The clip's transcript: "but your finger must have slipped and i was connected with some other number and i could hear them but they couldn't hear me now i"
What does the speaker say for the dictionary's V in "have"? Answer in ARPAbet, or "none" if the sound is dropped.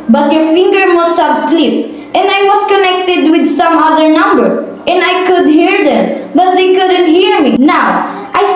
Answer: B